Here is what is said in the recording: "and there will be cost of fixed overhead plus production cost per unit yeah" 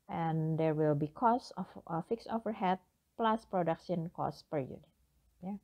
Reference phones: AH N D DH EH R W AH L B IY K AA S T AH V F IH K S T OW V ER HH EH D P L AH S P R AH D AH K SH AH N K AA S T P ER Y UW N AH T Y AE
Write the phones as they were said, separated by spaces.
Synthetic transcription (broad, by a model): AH N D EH R W AH L B IY K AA S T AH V F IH K S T OW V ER HH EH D P L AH S P R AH D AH K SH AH N K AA S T P ER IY AH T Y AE